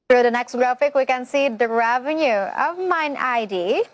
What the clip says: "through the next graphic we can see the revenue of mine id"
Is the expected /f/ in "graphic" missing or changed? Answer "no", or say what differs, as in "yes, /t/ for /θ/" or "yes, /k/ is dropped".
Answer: no